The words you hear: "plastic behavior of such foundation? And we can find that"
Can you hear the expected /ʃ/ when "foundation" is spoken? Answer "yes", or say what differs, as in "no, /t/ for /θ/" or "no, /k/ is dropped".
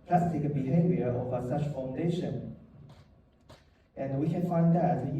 yes